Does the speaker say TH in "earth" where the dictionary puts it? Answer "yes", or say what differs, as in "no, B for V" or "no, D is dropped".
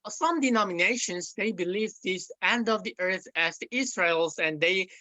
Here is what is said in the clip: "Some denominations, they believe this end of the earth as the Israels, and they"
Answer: yes